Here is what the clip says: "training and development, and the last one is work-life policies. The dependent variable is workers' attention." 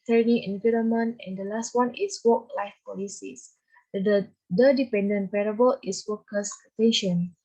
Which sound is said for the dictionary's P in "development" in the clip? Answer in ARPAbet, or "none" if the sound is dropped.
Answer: none